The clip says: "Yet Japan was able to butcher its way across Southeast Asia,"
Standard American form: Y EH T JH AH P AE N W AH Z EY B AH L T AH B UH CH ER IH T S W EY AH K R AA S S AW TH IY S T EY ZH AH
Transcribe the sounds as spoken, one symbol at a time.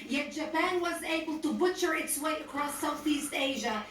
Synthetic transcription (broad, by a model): Y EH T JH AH P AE N W AH Z EY B AH L T AH B UH CH ER IH T S W EY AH K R AA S S AW TH IY S T EY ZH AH